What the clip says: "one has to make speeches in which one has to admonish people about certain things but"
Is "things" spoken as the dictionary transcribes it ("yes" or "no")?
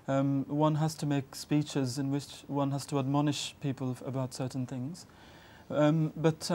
yes